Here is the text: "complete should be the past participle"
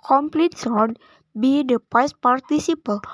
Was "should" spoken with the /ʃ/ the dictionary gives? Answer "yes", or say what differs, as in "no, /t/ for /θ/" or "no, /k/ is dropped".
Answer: no, /s/ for /ʃ/